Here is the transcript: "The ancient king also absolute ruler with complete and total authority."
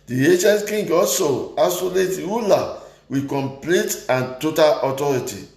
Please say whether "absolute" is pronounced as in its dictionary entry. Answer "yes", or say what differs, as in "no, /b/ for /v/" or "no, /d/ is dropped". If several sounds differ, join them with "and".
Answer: no, /b/ is dropped